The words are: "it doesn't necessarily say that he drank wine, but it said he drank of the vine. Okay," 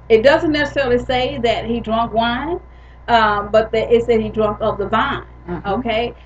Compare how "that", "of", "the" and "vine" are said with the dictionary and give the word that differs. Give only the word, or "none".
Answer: of